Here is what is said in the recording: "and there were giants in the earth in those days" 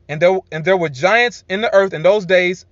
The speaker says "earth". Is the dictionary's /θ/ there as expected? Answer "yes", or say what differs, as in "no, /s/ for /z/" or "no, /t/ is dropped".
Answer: yes